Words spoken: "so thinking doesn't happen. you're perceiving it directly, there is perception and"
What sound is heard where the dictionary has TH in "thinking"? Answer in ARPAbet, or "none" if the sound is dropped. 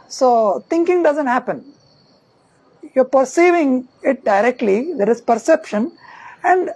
T